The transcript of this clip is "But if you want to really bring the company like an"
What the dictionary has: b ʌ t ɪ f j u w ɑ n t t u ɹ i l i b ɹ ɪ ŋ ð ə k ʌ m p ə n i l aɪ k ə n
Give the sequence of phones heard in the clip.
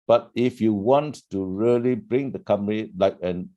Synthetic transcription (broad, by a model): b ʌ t ɪ f j u w ɑ n t t u ɹ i l i b ɹ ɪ ŋ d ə k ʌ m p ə i l aɪ k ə n